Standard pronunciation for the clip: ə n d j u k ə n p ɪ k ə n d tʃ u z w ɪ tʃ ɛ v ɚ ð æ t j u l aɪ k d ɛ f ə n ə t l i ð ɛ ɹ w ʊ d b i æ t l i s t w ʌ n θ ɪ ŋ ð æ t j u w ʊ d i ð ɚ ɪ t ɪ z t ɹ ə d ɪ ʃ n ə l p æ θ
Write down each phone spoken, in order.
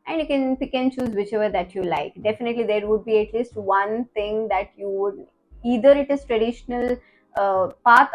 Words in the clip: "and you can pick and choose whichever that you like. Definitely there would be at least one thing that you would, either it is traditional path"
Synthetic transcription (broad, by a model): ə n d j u k ə n p ɪ k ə n tʃ u z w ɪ tʃ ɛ v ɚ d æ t j u l aɪ k d ɛ f ə n ə t l i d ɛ ɹ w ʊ d b i æ t l i s t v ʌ n t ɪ ŋ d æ t j u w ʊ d i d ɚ ɪ t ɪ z t ɹ ə d ɪ ʃ n ə l p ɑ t